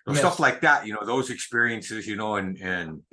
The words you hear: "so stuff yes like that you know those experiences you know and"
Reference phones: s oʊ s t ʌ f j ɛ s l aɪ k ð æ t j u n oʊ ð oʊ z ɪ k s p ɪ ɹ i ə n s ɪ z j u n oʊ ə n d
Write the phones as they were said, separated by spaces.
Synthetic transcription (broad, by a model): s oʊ s t ʌ f l aɪ k ð æ t j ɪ n oʊ ð oʊ z ɪ k s p ɪ ɹ i ə n s ɪ z j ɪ n oʊ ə n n